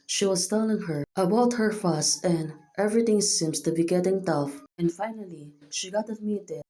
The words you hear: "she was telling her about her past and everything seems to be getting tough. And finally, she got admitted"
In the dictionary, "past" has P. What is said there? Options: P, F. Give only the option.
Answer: F